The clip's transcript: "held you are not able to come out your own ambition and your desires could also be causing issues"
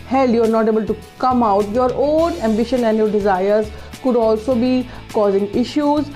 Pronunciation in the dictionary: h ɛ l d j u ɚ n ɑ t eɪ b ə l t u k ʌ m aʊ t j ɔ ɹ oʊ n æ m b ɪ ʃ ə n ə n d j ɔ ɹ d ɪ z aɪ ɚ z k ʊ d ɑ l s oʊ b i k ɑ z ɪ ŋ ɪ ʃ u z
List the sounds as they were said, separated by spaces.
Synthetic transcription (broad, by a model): h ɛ l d j u ɚ n ɑ t eɪ b ə l t u k ʌ m aʊ t j ɔ ɹ oʊ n æ m b ɪ ʃ ə n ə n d j ɔ ɹ d ɪ z aɪ ɚ z k ʊ d ɑ l s oʊ b i k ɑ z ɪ ŋ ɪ ʃ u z